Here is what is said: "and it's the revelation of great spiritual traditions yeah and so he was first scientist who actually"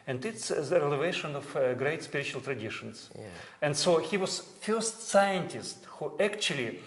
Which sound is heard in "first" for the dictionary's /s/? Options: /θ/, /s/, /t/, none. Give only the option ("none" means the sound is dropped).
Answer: /s/